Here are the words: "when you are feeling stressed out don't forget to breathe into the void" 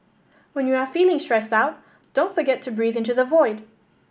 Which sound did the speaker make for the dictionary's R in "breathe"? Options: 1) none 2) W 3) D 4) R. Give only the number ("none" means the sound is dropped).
4